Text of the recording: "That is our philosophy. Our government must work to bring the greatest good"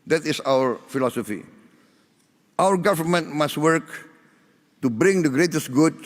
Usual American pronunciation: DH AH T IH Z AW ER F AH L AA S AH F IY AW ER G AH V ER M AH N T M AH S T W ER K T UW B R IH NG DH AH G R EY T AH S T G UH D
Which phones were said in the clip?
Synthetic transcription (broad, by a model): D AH T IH S AW ER F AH L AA S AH F IY AW ER G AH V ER M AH N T M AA S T W ER K T UW B R IH NG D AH G R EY T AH S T G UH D